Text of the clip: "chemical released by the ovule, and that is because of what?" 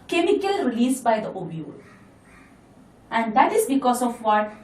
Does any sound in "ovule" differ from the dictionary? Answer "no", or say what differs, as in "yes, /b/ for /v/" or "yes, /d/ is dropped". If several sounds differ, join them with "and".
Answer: yes, /b/ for /v/